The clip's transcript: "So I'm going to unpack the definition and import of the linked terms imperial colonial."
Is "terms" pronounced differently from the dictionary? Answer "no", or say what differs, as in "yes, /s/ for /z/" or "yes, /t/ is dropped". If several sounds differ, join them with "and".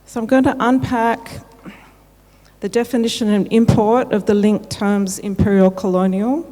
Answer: no